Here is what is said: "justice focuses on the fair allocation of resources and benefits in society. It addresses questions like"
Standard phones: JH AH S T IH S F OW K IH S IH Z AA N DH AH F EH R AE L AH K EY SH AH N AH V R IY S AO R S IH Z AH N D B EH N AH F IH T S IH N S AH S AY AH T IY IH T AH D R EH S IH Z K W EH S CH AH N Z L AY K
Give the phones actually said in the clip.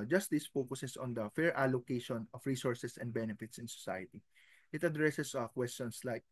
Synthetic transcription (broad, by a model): JH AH S T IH S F OW K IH S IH S AA N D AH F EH R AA L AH K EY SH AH N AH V R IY S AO R S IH S AH N D B EH N AH F IH T S IH N S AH S AY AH T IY IH T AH D R EH S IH S K W EH S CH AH N S L AY K